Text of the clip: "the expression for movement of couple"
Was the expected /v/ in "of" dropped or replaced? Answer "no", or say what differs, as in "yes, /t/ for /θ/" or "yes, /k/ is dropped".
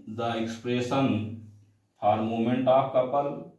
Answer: yes, /p/ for /v/